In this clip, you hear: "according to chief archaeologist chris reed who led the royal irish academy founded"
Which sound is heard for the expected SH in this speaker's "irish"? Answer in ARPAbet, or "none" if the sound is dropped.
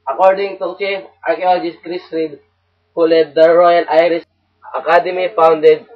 S